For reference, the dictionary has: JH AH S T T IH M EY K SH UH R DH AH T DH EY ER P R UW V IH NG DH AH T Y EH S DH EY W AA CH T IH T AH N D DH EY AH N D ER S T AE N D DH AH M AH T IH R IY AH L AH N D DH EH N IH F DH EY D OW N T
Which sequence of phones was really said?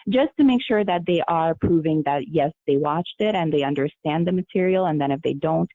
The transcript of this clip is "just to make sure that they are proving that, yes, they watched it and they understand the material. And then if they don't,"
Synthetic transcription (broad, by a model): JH AH S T T IH M EY K SH UH R DH AH T DH EY ER P R UW V IH NG DH AH T Y EH S DH EY W AA CH T IH T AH N DH EY AH N D ER S T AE N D DH AH M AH T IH R IY L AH N DH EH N IH F DH EY D OW N T